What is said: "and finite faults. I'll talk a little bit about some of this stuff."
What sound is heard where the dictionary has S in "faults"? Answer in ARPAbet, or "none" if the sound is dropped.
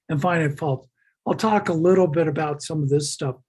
none